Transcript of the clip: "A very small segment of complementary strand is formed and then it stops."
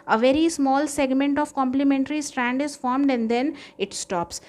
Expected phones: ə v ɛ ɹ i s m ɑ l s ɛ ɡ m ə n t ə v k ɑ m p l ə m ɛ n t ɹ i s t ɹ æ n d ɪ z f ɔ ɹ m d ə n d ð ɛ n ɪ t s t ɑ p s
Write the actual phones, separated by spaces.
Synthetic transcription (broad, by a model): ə v ɛ ɹ i s m ɑ l s ɛ ɡ m ə n t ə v k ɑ m p l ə m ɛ n t ɹ i s t ɹ æ n d ɪ z f ɔ ɹ m d ə n d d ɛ n ɪ t s t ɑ p s